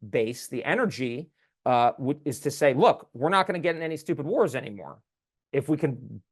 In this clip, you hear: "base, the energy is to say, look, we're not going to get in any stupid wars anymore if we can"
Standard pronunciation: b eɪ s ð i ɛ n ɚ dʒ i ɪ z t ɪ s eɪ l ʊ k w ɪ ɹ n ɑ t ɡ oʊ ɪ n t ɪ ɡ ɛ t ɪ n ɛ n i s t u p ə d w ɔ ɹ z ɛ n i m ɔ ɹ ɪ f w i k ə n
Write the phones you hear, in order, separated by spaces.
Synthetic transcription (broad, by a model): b eɪ s ð i ɛ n ɚ dʒ i ɪ z t ɪ s eɪ l ʊ k w ɪ ɹ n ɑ t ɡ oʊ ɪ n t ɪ ɡ ɛ t ɪ n ɛ n i s t u p ə d w ɔ ɹ z ɛ n i m ɔ ɹ ɪ f w i k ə n